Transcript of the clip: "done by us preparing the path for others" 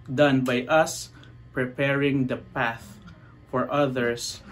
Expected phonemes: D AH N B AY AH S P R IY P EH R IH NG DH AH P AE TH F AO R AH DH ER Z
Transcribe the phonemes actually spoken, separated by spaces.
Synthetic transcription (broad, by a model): D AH N B AY AH S P R IY P EH R IH NG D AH P AE TH F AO R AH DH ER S